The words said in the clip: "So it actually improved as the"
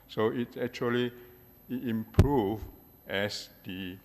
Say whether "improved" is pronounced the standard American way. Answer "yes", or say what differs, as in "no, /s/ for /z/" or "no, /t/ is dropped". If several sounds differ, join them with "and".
no, /d/ is dropped